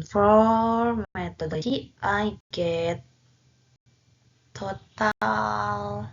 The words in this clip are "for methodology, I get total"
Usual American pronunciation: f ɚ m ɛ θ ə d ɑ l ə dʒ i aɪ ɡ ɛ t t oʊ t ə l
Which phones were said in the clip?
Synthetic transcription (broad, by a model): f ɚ m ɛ t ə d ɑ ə i aɪ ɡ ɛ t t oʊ t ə l